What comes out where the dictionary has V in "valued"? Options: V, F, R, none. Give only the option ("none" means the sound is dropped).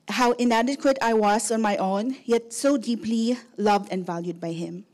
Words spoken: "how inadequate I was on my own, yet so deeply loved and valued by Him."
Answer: V